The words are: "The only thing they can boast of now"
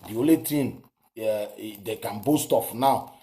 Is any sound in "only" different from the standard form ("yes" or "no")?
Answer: yes